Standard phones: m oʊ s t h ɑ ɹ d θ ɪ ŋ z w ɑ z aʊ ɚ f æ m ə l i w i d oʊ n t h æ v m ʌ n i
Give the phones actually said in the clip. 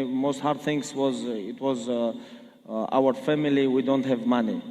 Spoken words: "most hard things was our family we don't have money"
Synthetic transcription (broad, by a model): m oʊ s t h ɑ ɹ d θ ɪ ŋ z w ɑ z aʊ ɚ f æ m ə l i w i d oʊ n t h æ v m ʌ n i